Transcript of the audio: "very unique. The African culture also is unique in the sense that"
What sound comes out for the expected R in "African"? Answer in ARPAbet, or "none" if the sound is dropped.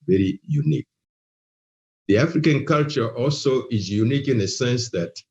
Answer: R